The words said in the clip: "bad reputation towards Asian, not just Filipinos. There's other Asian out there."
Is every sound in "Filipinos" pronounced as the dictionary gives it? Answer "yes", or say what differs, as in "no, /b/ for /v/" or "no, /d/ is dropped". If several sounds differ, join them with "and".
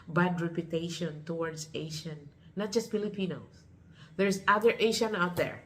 no, /s/ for /z/